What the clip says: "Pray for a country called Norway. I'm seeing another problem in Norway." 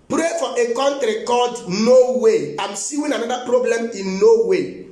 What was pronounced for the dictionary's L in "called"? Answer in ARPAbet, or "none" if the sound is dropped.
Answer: none